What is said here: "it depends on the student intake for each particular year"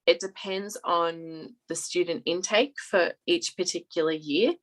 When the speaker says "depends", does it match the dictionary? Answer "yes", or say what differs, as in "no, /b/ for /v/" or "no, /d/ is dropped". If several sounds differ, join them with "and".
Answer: yes